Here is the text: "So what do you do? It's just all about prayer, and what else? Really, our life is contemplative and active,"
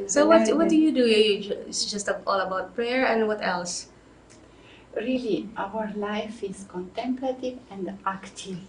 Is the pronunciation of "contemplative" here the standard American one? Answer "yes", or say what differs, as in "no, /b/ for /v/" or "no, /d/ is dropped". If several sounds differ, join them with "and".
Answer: yes